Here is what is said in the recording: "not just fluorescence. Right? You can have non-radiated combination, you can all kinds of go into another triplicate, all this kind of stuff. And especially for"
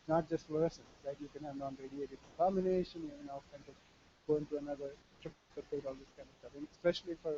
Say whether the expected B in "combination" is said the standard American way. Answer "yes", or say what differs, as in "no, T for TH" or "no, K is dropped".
no, B is dropped